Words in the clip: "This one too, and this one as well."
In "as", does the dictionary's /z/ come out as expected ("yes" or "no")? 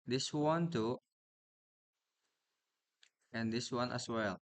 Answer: no